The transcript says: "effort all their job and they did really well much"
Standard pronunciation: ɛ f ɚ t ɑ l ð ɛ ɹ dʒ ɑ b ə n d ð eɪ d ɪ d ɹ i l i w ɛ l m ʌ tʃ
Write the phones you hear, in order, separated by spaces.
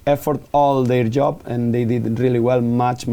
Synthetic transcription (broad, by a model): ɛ f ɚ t ɑ l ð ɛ ɹ dʒ ɑ b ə n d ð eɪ d ɪ d ɹ i l i w ɛ l m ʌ tʃ